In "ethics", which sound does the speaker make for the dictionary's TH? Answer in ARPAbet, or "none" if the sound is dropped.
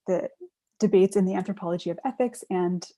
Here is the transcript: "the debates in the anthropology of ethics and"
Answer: TH